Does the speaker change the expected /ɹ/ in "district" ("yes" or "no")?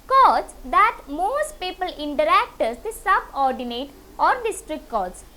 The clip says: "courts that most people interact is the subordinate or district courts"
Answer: no